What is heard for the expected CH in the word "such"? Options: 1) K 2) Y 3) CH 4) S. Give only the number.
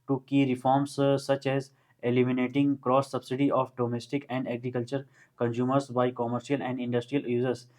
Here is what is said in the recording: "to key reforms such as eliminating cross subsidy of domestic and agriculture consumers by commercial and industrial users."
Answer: 3